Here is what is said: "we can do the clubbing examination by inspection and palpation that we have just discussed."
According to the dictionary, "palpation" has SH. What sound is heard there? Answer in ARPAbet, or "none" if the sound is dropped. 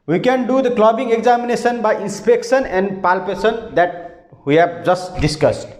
S